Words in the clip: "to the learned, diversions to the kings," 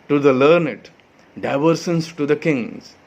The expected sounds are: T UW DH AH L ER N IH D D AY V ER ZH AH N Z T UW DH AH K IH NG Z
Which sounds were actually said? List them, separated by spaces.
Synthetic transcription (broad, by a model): T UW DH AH L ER N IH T D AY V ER S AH N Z T UW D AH K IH NG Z